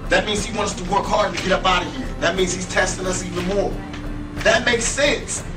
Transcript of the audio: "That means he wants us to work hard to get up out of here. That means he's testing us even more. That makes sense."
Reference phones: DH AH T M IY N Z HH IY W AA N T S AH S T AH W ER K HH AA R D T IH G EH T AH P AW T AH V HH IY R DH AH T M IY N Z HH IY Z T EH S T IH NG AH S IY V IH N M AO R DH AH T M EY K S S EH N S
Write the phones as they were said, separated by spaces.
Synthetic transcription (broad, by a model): DH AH T M IY N Z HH IY W AA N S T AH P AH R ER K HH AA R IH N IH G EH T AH B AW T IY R DH AH T M IY N Z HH IY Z T EH S T IH NG AH S IY V IH N M AO R DH AH T M EY K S S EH N S